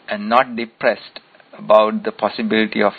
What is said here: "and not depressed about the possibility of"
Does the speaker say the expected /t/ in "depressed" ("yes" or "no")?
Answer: yes